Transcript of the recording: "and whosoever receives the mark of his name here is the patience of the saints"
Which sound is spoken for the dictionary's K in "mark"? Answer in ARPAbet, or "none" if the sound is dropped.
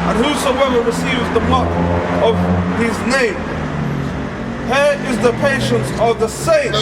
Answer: none